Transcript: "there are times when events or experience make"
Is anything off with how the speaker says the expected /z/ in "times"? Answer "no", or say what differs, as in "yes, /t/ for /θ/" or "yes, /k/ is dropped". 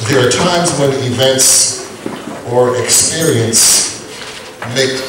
no